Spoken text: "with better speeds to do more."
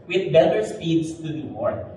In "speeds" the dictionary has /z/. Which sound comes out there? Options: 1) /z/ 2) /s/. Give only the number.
2